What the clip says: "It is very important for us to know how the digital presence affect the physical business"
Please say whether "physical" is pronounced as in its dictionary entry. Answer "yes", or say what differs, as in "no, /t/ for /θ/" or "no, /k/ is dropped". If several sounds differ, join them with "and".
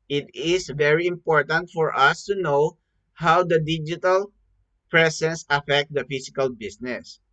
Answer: no, /s/ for /z/